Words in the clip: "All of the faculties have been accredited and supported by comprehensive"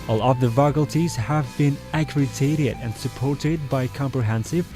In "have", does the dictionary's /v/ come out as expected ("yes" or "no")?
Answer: yes